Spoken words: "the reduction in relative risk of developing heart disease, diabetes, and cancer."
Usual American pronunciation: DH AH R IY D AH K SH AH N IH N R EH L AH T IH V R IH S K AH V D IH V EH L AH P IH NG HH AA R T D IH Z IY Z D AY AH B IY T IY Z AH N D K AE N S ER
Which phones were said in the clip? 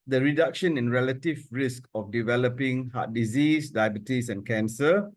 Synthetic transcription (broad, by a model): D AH R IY D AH K SH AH N IH N R EH L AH T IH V R IH S K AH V D IH V EH L AH P IH NG HH AA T D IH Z IY S D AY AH B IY T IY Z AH N K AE N S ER